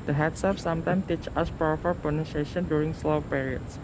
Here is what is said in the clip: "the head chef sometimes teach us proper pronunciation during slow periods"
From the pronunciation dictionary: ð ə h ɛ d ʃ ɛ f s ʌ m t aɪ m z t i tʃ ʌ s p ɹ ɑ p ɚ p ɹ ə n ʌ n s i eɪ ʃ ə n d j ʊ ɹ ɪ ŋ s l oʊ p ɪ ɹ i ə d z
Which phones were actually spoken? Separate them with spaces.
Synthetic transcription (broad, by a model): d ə h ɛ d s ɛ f s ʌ m t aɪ m t i tʃ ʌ s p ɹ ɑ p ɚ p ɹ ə n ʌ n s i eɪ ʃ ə n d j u ɹ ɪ ŋ s l oʊ p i ɹ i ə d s